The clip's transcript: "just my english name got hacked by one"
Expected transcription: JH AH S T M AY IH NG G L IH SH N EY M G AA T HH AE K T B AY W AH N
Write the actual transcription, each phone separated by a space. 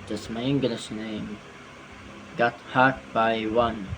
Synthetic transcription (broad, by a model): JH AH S M AY IH NG G L IH SH N EY M G AA T HH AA T B AY W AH N